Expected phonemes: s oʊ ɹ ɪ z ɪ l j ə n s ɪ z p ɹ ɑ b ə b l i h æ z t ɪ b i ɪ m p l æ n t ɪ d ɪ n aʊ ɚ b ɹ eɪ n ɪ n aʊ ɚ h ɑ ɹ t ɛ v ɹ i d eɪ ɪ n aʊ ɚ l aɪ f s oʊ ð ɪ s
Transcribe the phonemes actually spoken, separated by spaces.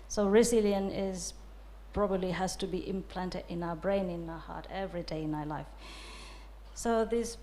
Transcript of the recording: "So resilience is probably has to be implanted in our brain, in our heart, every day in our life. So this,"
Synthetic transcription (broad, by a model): s oʊ ɹ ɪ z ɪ l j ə n ɪ z p ɹ ɑ b ə b l i h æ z t ɪ b i ɪ m p l æ n t ɪ d ɪ n aʊ ɚ b ɹ eɪ n ɪ n aʊ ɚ h ɑ ɹ t ɛ v ɹ i d eɪ ɪ n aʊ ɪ l aɪ f s oʊ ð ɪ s